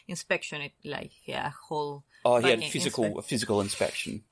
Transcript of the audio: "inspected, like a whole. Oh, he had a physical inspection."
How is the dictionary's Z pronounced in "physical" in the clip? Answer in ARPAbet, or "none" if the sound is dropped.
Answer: Z